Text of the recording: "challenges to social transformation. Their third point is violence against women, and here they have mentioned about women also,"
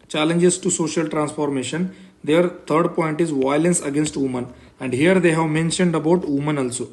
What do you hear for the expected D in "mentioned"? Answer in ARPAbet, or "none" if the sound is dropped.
D